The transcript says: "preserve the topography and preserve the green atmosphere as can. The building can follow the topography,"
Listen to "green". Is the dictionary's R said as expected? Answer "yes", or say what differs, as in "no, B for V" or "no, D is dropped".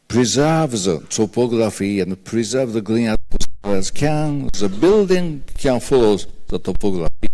no, L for R